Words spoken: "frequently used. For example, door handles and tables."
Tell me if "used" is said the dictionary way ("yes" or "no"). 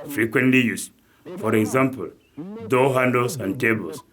no